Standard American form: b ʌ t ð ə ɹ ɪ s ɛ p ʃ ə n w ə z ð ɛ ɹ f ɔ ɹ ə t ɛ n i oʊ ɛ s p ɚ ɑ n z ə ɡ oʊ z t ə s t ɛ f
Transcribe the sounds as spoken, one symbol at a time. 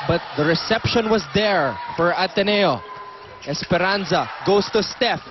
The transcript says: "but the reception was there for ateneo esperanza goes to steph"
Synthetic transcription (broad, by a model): b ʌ t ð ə ɹ ɪ s ɛ p ʃ ə n w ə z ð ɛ ɹ f ɔ ɹ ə t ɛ n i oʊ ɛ s p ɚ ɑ n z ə ɡ oʊ s t ə s t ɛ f